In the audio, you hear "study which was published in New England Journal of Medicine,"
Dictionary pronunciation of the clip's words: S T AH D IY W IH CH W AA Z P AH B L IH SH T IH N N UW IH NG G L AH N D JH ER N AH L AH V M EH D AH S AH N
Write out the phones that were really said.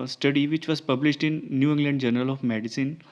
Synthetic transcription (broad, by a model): S T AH D IY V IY CH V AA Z P AH B L IH SH T IH N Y UW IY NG G L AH N D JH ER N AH L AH F M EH D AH S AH N